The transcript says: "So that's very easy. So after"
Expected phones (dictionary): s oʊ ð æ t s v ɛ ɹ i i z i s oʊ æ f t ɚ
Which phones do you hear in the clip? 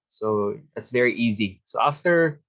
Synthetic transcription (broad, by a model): s oʊ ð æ t s v ɛ ɹ i i z i s oʊ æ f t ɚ